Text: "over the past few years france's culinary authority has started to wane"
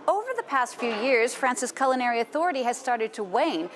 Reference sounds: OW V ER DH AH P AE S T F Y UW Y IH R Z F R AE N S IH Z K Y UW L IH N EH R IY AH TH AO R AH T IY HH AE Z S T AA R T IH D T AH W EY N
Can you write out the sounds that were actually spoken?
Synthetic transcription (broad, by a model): OW V ER DH AH P AE S T F Y UW Y IH R Z F R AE N S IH S K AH L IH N EH R IY AH TH AO R AH T IY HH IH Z S T AA R T IH D T AH W EY N